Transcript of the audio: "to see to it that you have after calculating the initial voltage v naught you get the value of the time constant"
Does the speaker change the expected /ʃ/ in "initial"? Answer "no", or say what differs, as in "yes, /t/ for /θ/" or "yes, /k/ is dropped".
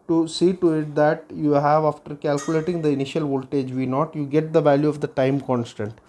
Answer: no